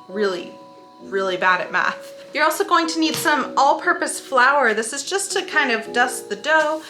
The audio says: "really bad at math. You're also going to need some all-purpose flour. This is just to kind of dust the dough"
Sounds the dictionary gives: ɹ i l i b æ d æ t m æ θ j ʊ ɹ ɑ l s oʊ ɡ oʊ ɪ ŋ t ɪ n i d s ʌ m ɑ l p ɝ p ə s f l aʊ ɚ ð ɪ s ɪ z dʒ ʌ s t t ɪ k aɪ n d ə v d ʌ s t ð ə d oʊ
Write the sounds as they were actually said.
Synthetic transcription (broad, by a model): ɹ i l i b æ d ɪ t m æ θ j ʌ ɹ ɑ l s oʊ ɡ oʊ ɪ ŋ t ɪ n i d s ʌ m ɑ l p ɝ p ə s f l aʊ ɚ ð ɪ s ɪ z dʒ ʌ s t t ɪ k aɪ n d ə v d ʌ s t ð ə d oʊ